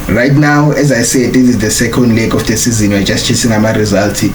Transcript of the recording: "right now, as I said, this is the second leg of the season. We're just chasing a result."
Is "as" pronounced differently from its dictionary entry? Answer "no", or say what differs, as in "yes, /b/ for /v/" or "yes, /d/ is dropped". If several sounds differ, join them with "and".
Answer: no